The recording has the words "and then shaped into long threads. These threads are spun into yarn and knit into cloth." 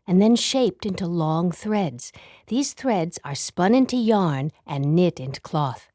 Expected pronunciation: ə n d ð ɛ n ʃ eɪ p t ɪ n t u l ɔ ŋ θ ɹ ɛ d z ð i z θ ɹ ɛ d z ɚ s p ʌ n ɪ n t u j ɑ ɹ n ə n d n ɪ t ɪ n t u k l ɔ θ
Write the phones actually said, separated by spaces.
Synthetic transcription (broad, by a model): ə n ð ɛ n ʃ eɪ p t ɪ n t u l ɔ ŋ θ ɹ ɛ d z ð i z θ ɹ ɛ d z ɚ s p ʌ n ɪ n t u j ɑ ɹ n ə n n ɪ t ɪ n t u k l ɔ θ